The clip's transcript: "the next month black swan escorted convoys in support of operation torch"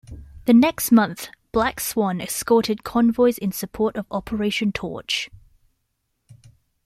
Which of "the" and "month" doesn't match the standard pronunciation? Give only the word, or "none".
none